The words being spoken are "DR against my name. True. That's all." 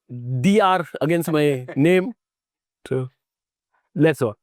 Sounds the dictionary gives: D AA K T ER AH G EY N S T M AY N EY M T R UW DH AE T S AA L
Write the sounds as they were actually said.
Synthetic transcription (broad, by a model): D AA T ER AH G EY N S T M AY N EY M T UW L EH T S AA